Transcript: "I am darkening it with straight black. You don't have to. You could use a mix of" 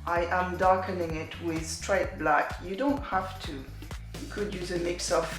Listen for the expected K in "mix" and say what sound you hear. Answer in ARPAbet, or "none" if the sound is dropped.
K